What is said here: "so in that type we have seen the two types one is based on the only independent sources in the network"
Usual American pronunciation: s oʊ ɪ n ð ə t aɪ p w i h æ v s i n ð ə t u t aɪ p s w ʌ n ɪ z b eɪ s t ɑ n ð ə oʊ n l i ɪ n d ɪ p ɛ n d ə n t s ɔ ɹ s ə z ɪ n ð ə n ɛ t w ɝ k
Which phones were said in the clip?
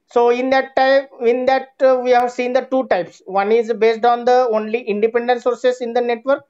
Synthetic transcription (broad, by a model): s oʊ ɪ n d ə t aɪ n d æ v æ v s i n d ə t u t aɪ p s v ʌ n ɪ z b eɪ s t ɑ n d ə oʊ n l i ɪ n d ɪ p ɛ n d ə n t s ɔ ɹ s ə s ɪ n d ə n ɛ t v ɝ k